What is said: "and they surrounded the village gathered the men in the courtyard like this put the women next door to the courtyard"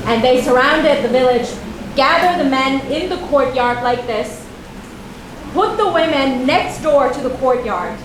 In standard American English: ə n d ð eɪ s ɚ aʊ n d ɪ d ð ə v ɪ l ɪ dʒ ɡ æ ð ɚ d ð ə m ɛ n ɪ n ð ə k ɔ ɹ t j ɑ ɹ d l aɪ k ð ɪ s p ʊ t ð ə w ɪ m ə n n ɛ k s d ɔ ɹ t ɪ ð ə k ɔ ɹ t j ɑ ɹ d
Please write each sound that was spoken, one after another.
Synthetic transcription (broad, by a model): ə n ð eɪ s ɚ aʊ n d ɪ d ð ə v ɪ l ɪ dʒ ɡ æ ð ɚ ð ə m ɛ n ɪ n ð ə k ɔ ɹ t j ɑ ɹ d l aɪ k ð ɪ s p ʊ t ð ə w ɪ m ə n n ɛ k s d ɔ ɹ t ɪ ð ə k ɔ ɹ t j ɑ ɹ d